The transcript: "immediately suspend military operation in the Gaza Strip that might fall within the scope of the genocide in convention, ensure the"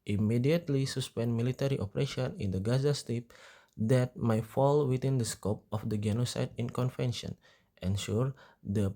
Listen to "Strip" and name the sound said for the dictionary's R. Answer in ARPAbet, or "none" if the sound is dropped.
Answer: none